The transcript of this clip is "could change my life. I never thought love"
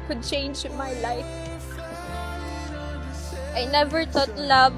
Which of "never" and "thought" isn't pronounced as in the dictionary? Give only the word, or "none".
thought